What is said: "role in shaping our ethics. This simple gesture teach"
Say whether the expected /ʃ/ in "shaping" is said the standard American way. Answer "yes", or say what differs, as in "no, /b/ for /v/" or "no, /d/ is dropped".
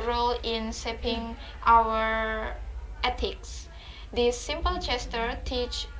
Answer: no, /s/ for /ʃ/